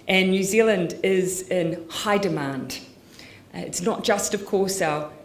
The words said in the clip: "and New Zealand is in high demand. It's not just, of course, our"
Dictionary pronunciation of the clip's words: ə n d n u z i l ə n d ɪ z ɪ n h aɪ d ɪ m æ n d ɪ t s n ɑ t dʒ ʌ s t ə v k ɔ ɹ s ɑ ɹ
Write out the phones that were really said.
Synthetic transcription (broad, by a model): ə n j u z i l ə n d ɪ z ɪ n h aɪ d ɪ m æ n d ɪ t s n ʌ t dʒ ʌ s t ə v k ɔ ɹ s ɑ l